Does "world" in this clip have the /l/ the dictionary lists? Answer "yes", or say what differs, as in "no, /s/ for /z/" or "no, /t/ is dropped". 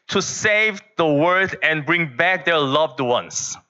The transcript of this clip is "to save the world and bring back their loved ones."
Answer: no, /l/ is dropped